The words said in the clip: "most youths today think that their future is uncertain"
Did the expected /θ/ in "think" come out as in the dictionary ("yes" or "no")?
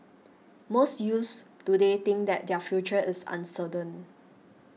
no